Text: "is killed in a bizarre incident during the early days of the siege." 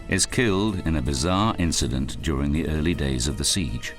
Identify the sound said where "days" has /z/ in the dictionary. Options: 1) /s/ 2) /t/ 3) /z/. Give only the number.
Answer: 3